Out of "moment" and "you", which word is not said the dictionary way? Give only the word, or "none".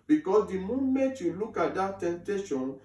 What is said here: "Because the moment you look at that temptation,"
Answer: moment